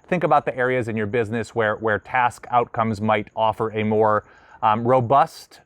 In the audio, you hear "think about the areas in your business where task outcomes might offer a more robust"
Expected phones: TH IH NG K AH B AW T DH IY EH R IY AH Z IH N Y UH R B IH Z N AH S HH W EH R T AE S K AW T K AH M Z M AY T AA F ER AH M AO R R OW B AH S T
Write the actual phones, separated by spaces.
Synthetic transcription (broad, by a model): TH IH NG K AH B AW T DH IY EH R IY AH Z IH N Y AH R B IH Z N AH S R W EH R T AE S K AW T K AH M Z M AY T AA F ER AH M AO R R OW B AH S T